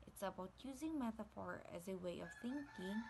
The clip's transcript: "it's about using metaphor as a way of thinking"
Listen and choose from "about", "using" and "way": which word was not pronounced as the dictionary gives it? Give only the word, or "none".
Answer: none